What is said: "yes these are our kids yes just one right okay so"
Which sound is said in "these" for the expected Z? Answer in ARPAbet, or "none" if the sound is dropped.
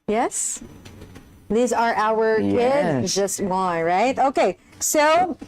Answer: Z